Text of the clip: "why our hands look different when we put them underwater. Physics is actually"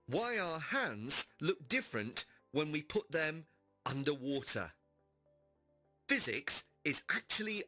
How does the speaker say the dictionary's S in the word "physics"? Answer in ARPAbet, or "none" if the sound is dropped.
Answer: S